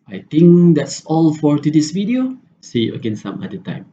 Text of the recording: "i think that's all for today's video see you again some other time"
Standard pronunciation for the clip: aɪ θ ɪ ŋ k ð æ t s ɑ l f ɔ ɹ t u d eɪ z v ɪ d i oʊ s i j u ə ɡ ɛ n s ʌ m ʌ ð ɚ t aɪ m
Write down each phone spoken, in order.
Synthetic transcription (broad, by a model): aɪ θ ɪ ŋ k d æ t s ɑ l f ɔ ɹ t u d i s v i d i oʊ s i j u ə ɡ ɛ n s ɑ m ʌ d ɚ t aɪ m